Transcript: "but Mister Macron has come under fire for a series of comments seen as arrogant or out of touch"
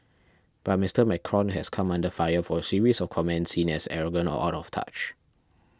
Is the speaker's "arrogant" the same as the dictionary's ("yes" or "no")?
no